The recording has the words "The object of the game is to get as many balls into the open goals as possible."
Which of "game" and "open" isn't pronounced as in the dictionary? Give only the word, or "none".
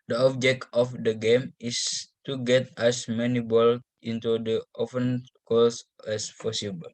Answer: open